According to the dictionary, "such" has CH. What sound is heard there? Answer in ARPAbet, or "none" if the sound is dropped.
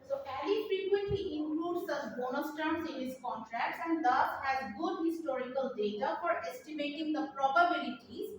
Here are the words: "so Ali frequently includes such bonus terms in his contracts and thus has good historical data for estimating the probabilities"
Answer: S